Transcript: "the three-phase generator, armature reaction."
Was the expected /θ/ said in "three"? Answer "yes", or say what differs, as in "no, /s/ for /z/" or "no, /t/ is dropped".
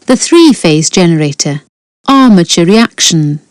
yes